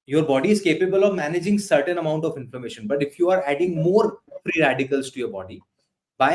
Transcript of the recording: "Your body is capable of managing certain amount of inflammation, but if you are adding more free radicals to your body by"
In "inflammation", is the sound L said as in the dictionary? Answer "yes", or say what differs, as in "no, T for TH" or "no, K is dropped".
no, L is dropped